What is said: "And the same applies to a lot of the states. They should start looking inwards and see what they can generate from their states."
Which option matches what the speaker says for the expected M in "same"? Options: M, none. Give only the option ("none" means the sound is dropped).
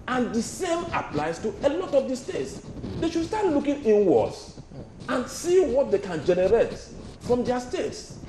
M